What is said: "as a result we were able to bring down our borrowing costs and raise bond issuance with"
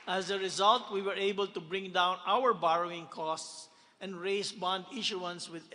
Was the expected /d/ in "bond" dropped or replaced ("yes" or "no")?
no